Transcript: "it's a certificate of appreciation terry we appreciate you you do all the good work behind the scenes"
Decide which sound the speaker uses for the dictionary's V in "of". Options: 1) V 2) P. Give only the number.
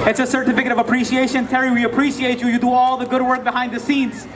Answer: 1